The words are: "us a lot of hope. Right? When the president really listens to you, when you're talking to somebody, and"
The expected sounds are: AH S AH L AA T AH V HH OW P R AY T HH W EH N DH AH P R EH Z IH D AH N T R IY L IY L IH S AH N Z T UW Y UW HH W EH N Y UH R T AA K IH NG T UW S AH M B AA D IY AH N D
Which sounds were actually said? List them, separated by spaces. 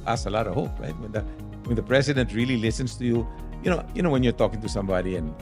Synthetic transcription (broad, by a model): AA S AH L AA T AH V HH OW P R AY T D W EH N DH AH P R EH S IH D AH N T R IY L IY L IH S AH N S T UW Y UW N W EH N Y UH R T AA K IH NG T UW S AH M B AA D IY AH N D